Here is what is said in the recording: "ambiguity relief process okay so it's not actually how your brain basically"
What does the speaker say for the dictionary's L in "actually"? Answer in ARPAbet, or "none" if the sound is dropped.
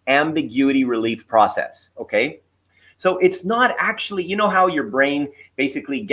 N